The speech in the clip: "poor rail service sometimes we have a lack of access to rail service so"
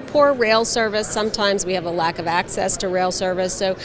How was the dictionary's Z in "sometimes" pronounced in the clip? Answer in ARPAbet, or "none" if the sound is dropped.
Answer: Z